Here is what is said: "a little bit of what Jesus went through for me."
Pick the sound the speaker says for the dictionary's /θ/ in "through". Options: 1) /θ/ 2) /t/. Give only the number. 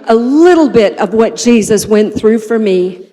1